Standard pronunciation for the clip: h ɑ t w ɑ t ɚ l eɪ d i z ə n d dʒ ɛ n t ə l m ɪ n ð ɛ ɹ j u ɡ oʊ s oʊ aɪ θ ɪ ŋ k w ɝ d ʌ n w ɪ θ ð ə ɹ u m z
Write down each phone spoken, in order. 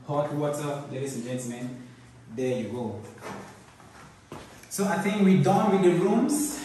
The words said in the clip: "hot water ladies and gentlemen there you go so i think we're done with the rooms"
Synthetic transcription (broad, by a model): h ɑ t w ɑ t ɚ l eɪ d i s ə n dʒ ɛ n t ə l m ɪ n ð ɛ j u ɡ oʊ s oʊ aɪ θ ɪ ŋ k w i d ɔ n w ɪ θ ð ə ɹ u m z